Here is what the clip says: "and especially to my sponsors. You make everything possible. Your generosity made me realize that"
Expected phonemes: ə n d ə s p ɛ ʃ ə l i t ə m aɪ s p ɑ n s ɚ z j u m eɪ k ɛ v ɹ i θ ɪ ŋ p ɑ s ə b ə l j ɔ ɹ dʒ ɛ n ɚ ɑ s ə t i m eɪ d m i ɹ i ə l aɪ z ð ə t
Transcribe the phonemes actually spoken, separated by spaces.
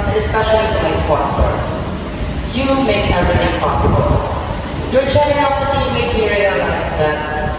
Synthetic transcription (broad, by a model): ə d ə s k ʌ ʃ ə n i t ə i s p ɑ n s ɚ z j u m eɪ k ɛ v ɹ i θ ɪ ŋ p ɑ s ə b ə l j ɔ ɹ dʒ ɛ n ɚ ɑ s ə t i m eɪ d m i ɹ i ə l aɪ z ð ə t